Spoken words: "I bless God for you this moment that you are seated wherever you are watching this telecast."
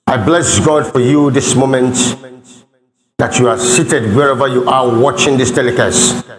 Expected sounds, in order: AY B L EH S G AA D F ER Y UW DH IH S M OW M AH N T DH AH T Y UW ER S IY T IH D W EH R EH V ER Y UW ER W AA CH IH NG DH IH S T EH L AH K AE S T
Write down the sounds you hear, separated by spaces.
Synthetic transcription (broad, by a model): AY B L EH S G AA D F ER Y UW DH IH S M OW M AH N T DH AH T Y UW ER S IY T IH D W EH R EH V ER Y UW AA W AA CH IH NG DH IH S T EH L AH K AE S